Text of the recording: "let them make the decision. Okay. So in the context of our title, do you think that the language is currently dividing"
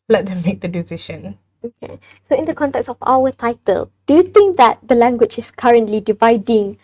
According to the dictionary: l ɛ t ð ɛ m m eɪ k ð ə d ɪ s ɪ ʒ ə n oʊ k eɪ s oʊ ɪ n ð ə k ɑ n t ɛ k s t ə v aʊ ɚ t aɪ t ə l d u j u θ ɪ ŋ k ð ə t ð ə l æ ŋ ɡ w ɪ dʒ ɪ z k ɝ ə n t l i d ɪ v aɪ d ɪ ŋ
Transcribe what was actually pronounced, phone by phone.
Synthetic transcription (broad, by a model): l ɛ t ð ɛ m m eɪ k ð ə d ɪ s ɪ ʃ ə n oʊ k eɪ s oʊ ɪ n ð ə k ɑ n t ɛ k s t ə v aʊ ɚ t aɪ t ə l d u j u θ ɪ ŋ k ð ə t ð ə l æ ŋ ɡ w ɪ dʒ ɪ s k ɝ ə n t l i d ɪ v aɪ d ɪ ŋ